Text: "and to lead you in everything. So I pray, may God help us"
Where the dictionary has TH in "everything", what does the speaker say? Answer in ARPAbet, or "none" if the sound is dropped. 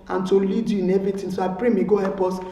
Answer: T